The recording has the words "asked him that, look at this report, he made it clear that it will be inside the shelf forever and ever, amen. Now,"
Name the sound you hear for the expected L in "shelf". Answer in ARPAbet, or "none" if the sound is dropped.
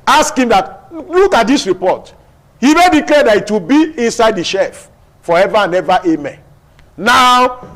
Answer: none